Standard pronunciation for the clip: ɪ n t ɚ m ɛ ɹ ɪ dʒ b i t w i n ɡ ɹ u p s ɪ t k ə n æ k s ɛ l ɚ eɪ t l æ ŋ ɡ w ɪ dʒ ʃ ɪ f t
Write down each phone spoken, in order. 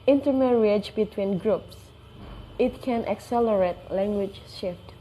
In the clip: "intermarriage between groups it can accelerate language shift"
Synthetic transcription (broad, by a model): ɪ n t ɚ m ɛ ɹ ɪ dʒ b i t w i n ɡ ɹ u p s ɪ t k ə n æ k s ɛ l ɚ eɪ t l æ ŋ ɡ w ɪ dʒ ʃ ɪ f t